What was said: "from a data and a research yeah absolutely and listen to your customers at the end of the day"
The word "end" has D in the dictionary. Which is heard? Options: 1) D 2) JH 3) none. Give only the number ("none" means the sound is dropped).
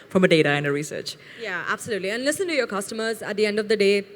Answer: 1